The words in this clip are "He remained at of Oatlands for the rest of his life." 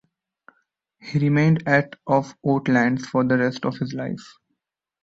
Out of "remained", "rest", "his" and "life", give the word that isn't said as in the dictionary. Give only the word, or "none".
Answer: none